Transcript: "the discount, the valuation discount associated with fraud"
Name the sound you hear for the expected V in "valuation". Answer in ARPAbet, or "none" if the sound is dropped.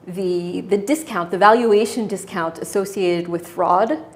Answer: V